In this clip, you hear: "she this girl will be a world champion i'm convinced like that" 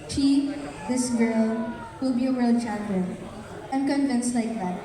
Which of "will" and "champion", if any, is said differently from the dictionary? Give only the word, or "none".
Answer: champion